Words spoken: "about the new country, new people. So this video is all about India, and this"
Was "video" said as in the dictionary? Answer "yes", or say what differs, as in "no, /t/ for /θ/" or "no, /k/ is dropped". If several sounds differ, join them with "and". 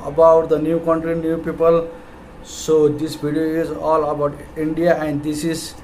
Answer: no, /b/ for /v/